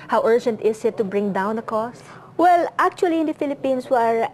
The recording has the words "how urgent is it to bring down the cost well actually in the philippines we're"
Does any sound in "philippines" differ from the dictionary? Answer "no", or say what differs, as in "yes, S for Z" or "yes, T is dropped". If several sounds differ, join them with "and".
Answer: yes, S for Z